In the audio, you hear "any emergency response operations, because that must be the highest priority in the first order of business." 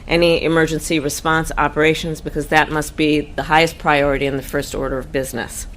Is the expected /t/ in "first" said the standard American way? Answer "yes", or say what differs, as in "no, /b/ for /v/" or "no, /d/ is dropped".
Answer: yes